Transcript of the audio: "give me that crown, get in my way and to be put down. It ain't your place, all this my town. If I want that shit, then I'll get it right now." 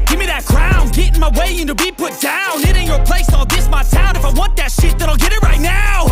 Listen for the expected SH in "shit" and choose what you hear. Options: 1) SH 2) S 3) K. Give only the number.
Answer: 1